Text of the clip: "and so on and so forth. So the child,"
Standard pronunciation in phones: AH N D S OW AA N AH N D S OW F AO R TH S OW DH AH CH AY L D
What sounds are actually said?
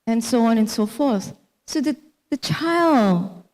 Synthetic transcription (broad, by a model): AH N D S OW AA N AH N S OW F AO R TH S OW DH AH CH AY L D